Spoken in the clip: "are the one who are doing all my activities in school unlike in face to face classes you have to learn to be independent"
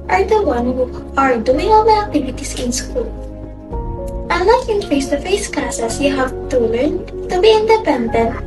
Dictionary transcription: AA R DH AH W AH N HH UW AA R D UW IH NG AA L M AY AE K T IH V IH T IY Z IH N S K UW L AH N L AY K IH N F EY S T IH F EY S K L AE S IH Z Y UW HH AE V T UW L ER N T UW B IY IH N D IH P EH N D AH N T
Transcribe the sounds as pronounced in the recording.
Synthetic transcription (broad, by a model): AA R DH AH W AH N HH UW AA R D UW IH NG AA L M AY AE K T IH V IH T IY S IH N S K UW L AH L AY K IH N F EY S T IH F EY S K L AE S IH S Y UW HH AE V T UW L ER N T UW B IY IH N D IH P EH N D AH N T